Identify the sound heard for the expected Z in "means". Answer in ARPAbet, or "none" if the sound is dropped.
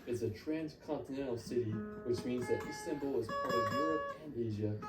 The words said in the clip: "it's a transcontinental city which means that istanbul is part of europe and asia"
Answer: Z